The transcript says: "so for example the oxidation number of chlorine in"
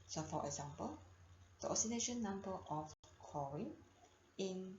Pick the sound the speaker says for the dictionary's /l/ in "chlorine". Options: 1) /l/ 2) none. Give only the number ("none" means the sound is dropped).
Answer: 2